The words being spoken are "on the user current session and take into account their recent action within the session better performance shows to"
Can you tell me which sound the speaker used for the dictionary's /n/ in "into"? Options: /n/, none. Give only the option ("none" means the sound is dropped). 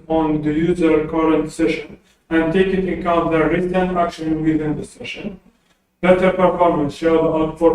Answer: none